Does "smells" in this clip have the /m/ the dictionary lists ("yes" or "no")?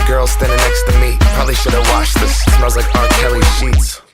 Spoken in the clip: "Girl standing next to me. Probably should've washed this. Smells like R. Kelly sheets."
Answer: no